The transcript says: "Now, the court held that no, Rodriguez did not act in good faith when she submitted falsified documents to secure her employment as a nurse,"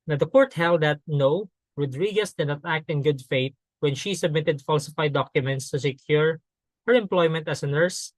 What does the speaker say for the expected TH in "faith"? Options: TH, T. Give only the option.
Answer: T